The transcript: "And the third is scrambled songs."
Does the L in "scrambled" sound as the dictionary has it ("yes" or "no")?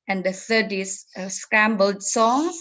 yes